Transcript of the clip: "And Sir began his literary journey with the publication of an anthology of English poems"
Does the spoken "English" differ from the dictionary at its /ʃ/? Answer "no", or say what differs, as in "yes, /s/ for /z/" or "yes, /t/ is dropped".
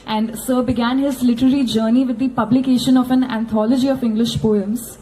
no